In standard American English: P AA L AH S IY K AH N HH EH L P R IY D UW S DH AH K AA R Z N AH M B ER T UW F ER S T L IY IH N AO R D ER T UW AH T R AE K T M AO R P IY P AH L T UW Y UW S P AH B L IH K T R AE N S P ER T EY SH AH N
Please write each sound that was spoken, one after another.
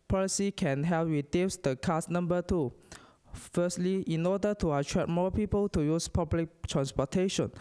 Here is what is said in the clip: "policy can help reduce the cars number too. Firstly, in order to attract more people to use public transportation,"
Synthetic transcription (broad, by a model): P AA L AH S IY K AH N HH EH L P W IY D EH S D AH K AA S N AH M B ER T UW F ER S T L IY IH N AO D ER T UW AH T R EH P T M AO P IY P AH L T UW Y UW S P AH B L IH K T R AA N S P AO T EY SH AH N